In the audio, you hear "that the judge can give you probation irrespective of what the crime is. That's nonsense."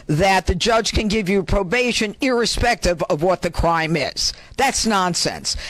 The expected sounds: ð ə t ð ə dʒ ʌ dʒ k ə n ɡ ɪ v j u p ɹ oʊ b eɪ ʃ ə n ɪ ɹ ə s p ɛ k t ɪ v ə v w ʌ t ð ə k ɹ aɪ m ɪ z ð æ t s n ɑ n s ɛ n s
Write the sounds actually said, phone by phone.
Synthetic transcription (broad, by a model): ð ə t ð ə dʒ ʌ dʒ k ə n ɡ ɪ v j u p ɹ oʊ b eɪ ʃ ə n ɪ ɹ ə s p ɛ k t ɪ v ə v w ʌ t ð ə k ɹ aɪ m ɪ z ð æ t s n ɑ n s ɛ n s